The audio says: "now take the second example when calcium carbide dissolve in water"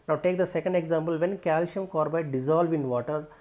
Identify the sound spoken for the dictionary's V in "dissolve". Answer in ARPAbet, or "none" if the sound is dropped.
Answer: V